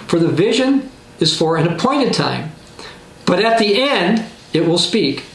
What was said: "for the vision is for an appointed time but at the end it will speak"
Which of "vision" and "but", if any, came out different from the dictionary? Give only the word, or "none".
none